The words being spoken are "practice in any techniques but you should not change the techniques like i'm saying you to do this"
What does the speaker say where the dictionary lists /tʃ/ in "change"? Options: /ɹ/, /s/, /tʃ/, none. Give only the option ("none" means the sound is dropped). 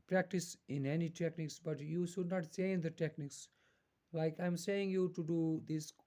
/s/